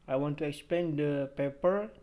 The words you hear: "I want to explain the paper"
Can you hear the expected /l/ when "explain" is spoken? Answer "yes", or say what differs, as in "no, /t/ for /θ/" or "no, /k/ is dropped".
no, /l/ is dropped